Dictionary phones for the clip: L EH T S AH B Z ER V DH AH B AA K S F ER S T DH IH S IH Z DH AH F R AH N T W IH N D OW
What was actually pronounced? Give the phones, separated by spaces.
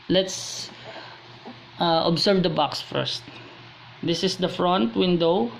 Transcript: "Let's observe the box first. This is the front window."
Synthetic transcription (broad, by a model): L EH T S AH B S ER V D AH B AA K S F ER S T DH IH S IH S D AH F R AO N T W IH N D OW